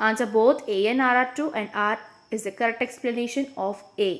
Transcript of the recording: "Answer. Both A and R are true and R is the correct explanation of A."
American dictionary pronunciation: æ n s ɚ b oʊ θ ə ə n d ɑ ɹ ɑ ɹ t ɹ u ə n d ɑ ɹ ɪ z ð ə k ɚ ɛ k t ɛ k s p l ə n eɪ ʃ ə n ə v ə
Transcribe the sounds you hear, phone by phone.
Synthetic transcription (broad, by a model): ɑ n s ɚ b oʊ t ə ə n ɑ ɹ ɑ ɹ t u ə n d ɑ ɹ ɪ z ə k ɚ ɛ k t ɛ k s p l ə n eɪ ʃ ə n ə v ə